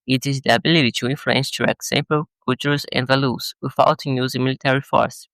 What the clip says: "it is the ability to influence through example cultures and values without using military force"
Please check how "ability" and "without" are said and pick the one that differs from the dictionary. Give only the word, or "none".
without